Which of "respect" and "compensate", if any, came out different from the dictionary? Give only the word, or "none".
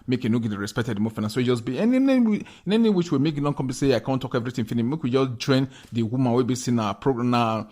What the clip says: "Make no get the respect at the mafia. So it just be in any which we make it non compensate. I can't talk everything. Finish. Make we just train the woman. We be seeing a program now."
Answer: compensate